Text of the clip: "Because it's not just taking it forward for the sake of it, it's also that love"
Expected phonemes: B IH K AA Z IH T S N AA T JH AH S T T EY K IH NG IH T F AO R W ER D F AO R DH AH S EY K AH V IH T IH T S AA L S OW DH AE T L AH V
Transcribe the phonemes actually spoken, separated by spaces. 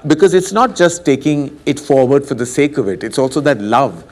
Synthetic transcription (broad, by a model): B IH K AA Z IH T S N AA T JH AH S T T EY K IH NG IH T F AO R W ER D F AO R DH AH S EY K AH V IH T IH T S AA L S OW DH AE T L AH V